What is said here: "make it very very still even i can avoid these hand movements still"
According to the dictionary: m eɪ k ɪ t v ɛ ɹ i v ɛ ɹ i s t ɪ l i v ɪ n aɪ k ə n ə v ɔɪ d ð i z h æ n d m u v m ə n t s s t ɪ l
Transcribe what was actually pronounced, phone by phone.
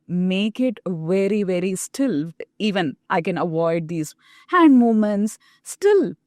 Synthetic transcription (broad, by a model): m eɪ k ɪ t v ɛ ɹ i v ɛ ɹ i s t ɪ l i v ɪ n aɪ k ə n ə v ɔɪ d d i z h æ n d m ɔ m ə n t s s t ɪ l